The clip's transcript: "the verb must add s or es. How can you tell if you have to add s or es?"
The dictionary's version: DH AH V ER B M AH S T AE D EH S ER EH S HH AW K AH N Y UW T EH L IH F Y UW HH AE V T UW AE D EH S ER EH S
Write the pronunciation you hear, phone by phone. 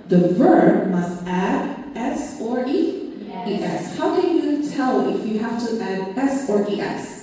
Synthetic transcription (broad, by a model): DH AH V ER B M AH S T AE D EH S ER EH S HH AW K AH N Y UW T EH L IH F Y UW HH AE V T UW AE D EH S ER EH S